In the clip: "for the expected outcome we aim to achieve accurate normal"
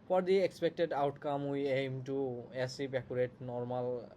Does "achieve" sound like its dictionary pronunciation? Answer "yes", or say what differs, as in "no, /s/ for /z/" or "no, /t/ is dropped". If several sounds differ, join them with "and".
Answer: no, /s/ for /tʃ/ and /p/ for /v/